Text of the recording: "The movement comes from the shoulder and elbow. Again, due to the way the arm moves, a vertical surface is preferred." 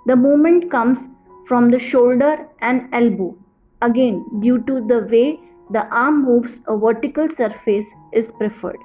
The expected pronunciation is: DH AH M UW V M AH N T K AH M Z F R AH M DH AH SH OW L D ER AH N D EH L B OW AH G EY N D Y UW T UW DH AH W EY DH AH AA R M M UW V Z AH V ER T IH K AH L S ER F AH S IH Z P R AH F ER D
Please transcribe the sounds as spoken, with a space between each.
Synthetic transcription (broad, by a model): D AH M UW M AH N T K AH M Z F R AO M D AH SH OW L D ER AH N D EH L B OW AH G EY N D Y UW T UW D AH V EY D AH AA R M M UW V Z AH V ER T IH K AH L S ER F AH S IH Z P R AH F ER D